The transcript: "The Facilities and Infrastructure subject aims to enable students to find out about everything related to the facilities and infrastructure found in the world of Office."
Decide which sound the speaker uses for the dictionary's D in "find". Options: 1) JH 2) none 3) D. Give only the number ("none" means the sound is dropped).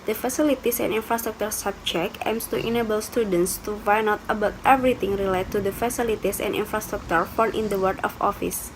2